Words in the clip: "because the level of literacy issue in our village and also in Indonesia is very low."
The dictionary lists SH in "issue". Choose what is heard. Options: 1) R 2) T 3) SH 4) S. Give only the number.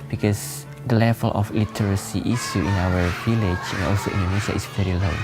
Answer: 4